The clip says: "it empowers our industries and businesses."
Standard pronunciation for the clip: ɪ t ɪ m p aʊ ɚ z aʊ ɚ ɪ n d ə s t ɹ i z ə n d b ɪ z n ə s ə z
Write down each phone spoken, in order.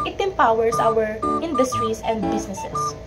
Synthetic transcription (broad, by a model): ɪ t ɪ m p aʊ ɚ s aʊ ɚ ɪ n d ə s t ɹ i s ə n d b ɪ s n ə s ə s